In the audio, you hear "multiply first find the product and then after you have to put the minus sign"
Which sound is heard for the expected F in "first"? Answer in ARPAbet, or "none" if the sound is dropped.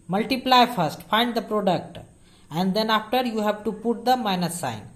F